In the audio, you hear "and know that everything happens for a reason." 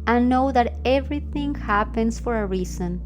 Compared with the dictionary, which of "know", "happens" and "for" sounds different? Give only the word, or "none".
happens